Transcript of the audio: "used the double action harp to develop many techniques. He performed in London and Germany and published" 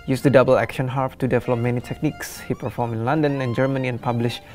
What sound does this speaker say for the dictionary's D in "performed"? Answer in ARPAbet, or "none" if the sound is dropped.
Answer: none